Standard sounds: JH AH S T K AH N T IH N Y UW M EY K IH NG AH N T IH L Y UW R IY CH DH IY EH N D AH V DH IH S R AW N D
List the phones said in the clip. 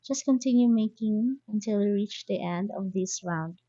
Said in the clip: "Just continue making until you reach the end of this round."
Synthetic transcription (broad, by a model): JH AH S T K AH N T IH N Y UW M EY K IH NG AH N T IH L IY R IY CH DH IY EH N D AH V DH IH S R AW N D